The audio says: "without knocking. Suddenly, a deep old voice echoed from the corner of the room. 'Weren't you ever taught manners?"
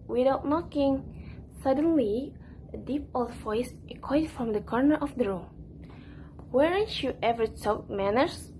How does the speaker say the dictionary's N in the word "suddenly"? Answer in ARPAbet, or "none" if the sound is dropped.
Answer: N